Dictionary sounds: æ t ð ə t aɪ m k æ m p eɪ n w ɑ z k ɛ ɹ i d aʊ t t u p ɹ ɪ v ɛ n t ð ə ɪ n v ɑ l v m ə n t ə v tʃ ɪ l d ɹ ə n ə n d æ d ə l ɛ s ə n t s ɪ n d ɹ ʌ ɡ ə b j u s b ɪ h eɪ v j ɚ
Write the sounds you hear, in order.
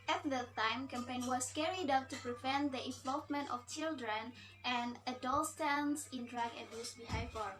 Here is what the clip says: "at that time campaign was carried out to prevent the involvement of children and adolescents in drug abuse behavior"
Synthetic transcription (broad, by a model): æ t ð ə t aɪ m k æ m p eɪ n w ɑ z k ɛ ɹ i d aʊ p t u p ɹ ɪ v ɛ n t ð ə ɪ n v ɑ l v m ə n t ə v tʃ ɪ l d ɹ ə n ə n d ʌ d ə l s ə n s ɪ n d ɹ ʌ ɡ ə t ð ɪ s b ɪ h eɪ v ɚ